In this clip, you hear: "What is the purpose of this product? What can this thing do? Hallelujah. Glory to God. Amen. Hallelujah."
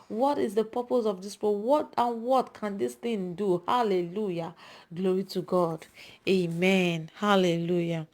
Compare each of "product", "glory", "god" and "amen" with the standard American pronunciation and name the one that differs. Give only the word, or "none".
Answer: product